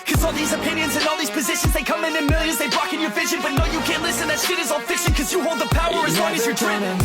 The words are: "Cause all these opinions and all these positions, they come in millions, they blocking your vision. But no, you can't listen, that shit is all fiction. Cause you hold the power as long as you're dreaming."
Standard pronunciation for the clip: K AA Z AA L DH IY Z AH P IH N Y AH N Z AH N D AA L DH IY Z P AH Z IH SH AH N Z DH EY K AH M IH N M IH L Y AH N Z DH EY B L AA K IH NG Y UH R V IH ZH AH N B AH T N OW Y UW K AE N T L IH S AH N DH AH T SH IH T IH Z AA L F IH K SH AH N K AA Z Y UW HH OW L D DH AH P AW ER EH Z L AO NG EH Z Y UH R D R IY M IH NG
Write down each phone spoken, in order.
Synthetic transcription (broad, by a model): K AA Z AA L DH IY Z AH P IH N Y AH N Z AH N AA L DH IY Z P AH Z IH SH AH N Z DH EY K AH M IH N M IH L Y AH N Z DH EY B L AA K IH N Y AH R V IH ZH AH N B AH T N OW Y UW K AE N T L IH S AH N DH AH T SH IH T IH Z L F IH K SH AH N K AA Z Y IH HH OW L D DH AH P AW ER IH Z W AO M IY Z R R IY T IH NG